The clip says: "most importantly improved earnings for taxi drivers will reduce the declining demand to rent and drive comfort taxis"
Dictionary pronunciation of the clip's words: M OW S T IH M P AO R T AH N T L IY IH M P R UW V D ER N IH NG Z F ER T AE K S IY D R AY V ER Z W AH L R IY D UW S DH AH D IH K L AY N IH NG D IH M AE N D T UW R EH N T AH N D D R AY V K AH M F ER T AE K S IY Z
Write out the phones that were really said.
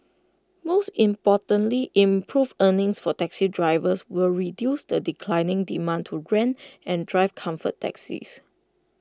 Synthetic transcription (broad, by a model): M OW S T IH M P AO T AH N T L IY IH M P R UW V ER N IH NG S F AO T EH K S IY D R AY V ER S W AH L R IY D UW S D AH D IH K L AY N IH NG D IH M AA N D T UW R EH N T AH N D D R AY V K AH M F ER T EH K S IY S